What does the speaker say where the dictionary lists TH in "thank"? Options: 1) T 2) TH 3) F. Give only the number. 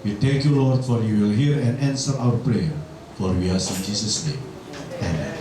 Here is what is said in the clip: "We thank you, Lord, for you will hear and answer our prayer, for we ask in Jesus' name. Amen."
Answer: 1